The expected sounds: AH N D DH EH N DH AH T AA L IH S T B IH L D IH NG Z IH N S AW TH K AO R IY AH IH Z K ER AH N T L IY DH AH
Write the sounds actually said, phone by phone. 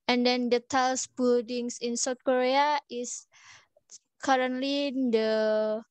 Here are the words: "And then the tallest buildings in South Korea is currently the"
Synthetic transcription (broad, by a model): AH N D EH N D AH T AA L S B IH L D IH NG S IH N S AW T K AO R IY AH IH S K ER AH N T L IY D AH